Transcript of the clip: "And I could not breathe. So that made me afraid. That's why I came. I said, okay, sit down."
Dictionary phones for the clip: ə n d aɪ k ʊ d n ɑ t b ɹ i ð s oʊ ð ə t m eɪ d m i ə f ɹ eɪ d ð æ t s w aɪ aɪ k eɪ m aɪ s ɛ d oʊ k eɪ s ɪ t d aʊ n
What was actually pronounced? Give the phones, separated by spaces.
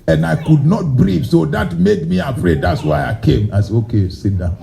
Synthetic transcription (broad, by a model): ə n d aɪ k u d n ɑ t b ɹ i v s oʊ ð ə t m eɪ d m i ə f ɹ eɪ d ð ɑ t s w aɪ aɪ k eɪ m aɪ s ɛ oʊ k eɪ s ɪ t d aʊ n